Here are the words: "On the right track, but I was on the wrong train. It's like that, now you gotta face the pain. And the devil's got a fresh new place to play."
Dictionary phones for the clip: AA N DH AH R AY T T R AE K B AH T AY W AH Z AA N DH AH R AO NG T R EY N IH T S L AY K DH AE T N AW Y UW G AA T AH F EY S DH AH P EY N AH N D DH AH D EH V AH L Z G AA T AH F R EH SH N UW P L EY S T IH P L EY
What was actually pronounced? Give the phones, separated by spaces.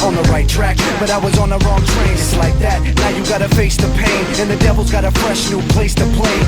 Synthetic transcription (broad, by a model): N DH AH R AY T T R AE K B AH T AY W AH Z N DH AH R AO NG T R EY N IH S L AY K DH AE T N AW Y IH G AA T AH F EY S DH AH P EY N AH N DH AH D EH V L Z G AA T AH F R EH SH N UW P L EY S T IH P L EY